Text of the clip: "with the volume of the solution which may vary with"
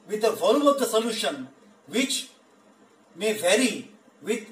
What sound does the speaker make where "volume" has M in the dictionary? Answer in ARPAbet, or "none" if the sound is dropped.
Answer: none